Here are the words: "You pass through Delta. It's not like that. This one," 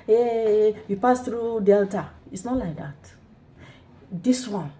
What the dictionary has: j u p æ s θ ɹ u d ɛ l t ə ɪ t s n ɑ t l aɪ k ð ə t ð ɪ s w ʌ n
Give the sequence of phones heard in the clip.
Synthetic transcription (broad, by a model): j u p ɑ s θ ɹ u d ɛ l t ə ɪ t s n ɑ t l aɪ k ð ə t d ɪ s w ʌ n